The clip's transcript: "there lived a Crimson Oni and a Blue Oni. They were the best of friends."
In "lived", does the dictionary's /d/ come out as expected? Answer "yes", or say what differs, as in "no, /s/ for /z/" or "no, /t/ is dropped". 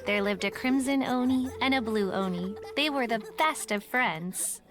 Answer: yes